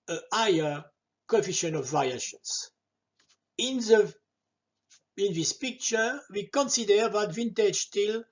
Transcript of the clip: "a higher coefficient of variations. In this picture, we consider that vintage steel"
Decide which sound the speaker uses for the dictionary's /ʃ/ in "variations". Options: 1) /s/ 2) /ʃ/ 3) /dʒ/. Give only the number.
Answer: 1